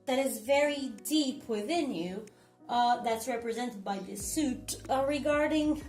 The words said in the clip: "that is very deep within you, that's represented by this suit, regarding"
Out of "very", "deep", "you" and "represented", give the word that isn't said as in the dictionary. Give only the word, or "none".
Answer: none